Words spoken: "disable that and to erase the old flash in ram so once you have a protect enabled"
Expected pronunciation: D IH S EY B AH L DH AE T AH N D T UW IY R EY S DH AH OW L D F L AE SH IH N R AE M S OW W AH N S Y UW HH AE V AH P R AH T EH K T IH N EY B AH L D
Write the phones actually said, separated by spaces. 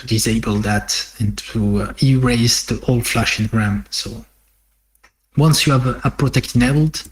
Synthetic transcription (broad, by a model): D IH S EY B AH L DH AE T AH N T UW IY R EY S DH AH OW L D F L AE SH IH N R AE M S OW W AH N S Y UW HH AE V AH P R AH T EH K T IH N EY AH L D